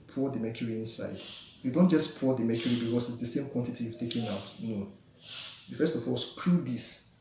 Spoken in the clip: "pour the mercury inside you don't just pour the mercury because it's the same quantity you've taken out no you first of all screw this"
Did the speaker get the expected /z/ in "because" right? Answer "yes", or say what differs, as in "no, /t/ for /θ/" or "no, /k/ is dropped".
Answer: no, /s/ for /z/